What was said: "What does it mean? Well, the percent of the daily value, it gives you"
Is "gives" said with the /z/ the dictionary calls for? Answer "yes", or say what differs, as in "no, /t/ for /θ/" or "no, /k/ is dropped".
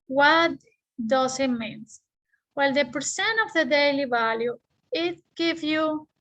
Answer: no, /z/ is dropped